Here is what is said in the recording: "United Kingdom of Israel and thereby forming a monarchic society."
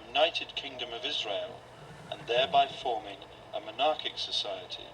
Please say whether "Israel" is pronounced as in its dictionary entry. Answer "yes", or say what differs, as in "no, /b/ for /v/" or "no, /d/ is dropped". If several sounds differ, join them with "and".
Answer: yes